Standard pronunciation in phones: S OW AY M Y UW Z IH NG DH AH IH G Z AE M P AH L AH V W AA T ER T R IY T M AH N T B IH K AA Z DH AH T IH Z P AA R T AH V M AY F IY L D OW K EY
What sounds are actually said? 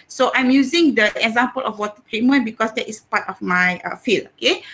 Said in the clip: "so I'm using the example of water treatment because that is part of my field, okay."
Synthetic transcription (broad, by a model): S OW AY M Y UW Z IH NG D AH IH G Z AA M P AH L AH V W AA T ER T R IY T M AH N B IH K AA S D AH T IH S P AA T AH F M AY F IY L OW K EY